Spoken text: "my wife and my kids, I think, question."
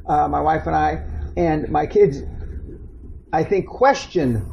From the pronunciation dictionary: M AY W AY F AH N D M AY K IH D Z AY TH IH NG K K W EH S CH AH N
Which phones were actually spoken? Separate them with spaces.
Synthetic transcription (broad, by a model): M AY W AY F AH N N M AY K IH D Z AY TH IH NG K K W EH S CH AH N